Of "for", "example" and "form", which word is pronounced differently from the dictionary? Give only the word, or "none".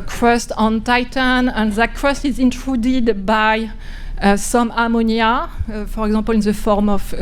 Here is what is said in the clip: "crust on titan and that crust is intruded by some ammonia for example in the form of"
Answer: example